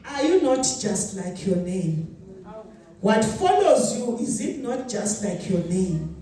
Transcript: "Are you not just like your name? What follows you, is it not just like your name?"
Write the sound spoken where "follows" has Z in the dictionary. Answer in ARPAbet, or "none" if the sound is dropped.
Z